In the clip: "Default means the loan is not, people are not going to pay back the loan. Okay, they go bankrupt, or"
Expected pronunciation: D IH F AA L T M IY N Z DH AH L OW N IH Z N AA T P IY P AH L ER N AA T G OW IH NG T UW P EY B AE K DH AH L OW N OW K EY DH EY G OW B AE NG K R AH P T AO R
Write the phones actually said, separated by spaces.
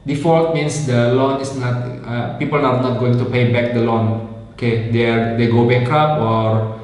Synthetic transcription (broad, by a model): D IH F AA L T M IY N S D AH L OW N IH S N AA T P IY P AH L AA N AA T G OW IH NG T UW P EY B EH K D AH L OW N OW K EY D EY G OW B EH K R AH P AO R